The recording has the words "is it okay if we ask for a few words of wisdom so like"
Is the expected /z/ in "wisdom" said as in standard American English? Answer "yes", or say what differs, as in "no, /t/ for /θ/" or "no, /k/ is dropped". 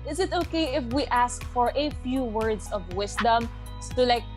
no, /s/ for /z/